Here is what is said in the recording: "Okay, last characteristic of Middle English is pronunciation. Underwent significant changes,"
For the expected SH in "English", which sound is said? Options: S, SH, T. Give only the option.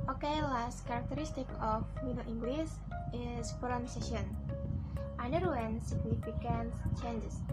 S